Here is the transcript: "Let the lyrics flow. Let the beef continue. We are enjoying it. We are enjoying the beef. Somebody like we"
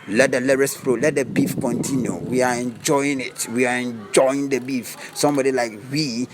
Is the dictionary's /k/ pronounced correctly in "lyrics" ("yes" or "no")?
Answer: no